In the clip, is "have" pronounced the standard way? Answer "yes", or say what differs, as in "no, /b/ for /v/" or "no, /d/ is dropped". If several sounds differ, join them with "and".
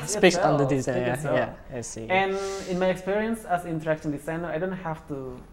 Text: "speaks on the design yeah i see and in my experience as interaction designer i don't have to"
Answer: no, /f/ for /v/